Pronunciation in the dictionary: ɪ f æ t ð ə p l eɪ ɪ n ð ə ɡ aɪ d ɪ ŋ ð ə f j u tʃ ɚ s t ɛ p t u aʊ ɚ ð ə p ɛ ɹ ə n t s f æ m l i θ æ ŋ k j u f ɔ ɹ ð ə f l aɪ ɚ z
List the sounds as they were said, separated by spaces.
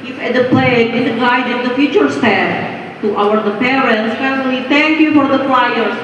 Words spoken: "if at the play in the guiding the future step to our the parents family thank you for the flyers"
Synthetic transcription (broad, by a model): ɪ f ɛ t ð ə p l eɪ ɪ n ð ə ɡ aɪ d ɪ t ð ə f j u tʃ ɚ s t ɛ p t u aʊ ɚ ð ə p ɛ ɹ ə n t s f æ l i t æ ŋ k j u f ɔ ɹ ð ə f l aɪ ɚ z